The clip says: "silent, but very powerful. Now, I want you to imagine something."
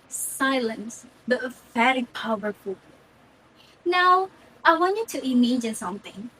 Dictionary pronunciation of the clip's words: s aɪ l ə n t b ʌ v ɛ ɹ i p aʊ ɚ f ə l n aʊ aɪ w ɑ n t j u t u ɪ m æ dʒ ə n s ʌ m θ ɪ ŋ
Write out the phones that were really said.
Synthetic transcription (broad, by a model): s aɪ l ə n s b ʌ f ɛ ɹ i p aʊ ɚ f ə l n aʊ aɪ w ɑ n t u t u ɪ m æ dʒ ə n s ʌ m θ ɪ ŋ